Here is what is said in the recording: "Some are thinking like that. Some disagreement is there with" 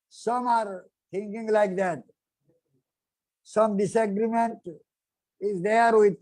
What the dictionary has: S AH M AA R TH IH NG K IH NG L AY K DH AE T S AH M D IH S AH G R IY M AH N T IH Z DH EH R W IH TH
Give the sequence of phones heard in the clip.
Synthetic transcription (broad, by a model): S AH M AA R T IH NG K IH NG L AY K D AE T S AH M D IH S AH G R IY M AH N T IH Z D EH R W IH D